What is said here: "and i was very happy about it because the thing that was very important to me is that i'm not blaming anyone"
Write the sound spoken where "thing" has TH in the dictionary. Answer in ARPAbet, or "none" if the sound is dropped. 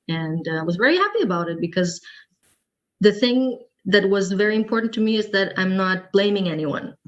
TH